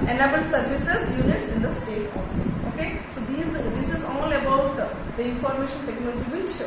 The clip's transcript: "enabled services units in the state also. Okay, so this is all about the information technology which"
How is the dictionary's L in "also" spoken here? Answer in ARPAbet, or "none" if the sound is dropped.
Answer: none